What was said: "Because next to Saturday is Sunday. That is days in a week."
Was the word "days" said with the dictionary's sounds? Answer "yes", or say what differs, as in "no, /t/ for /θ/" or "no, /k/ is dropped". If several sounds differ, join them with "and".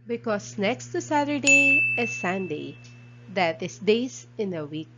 no, /s/ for /z/